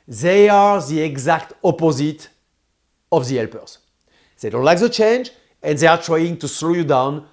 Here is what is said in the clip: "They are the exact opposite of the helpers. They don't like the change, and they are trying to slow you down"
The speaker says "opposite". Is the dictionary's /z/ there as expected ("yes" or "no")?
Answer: yes